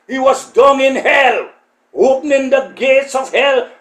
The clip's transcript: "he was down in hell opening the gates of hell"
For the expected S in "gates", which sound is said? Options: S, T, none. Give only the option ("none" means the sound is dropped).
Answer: S